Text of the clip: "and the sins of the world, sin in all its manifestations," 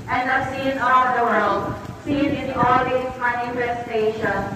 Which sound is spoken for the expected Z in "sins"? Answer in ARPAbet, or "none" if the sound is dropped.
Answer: none